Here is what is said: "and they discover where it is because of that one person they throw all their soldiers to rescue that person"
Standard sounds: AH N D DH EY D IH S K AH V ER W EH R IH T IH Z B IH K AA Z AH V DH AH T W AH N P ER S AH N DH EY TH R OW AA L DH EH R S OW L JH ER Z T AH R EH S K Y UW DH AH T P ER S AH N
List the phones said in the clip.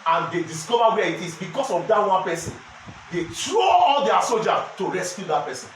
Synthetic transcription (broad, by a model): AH N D EY D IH S K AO V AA W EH IH T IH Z B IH K AA S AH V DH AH T W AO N P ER S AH N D EY T R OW AA L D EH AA S OW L JH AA T AH R EH S K Y UW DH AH T P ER S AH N